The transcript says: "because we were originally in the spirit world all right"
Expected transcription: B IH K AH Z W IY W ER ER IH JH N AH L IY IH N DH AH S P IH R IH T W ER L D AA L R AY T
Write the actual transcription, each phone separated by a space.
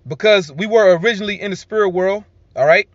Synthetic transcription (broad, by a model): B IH K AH Z W IY W ER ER IH JH N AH L IY IH N DH AH S P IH R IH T W ER L D AA L R AY T